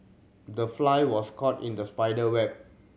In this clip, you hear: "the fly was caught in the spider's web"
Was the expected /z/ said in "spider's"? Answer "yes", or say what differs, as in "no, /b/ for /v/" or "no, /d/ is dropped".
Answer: no, /z/ is dropped